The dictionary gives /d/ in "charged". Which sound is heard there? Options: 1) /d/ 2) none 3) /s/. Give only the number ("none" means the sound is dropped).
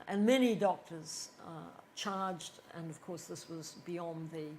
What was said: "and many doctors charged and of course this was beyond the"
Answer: 1